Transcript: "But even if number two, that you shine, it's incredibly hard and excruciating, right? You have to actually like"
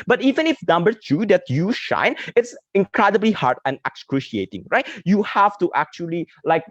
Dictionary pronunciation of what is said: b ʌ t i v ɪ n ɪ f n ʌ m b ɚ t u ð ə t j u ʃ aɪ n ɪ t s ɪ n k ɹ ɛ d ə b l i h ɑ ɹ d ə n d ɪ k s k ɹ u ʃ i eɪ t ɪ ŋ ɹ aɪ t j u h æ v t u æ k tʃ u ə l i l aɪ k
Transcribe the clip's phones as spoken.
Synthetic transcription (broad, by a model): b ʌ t i v ɪ n ɪ f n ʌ m b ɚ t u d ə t j u ʃ aɪ n ɪ t s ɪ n k ɹ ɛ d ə b l i h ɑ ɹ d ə n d ɪ k s k ɹ u ʃ i eɪ t ɪ ŋ ɹ aɪ t j u h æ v t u æ k tʃ u ə l i l aɪ k